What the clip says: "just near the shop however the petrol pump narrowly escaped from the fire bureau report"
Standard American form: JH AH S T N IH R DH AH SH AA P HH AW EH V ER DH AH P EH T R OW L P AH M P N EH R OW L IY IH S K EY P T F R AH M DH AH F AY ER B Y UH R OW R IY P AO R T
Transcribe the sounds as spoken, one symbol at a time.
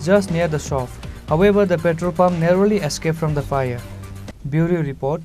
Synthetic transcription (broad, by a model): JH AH S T N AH R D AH S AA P HH AW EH B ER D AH P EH T R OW P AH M N EH R OW L IY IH S K EY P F R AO M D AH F AY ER B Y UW R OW R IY P AO R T